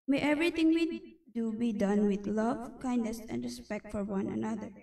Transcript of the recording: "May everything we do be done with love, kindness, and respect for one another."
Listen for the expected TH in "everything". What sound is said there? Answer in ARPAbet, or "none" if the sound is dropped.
T